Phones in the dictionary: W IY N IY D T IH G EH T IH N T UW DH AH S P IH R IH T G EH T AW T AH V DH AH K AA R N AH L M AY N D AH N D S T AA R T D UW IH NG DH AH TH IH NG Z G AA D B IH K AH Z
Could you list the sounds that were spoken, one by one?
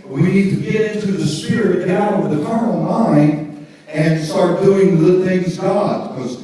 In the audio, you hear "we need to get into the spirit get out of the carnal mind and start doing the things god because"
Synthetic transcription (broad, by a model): W IY N IY D T IH G EH T IH N T UW DH AH S P IH R IH T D AW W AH DH AH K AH R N L M AY N D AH N S T AA R T D UW IH NG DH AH TH IH NG Z G AA D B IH K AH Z